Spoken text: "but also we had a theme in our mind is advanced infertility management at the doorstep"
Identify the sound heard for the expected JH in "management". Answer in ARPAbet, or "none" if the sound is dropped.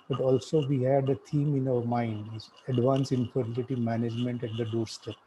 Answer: JH